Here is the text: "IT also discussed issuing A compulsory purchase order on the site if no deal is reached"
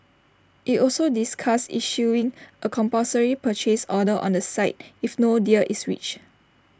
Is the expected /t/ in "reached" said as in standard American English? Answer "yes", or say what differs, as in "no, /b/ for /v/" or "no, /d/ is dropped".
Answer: no, /t/ is dropped